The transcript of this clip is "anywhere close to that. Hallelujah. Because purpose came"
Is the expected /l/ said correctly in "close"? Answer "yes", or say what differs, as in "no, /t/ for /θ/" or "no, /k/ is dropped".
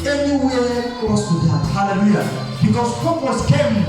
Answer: no, /l/ is dropped